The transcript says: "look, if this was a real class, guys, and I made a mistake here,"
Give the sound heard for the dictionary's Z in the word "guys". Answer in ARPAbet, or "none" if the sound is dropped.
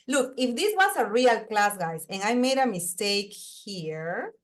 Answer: S